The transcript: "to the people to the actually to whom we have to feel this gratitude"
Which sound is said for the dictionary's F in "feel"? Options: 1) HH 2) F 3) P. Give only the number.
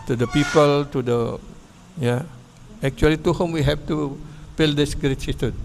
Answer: 3